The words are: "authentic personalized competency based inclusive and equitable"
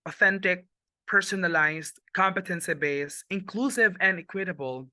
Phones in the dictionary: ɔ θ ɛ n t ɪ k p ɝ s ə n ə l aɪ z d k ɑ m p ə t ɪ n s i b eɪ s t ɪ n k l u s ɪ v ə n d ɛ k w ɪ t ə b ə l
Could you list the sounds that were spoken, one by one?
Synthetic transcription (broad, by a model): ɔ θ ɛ n t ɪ k p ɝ s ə n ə l aɪ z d k ɑ m p ə t ɪ n s i b eɪ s ɪ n k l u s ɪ v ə n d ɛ k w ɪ t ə b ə l